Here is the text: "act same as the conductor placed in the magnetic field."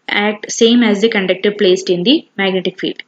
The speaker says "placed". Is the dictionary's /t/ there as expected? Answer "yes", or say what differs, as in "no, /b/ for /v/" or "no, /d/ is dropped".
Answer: yes